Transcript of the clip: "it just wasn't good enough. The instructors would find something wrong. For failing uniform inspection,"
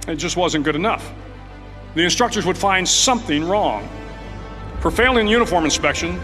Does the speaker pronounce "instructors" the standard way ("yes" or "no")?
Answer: yes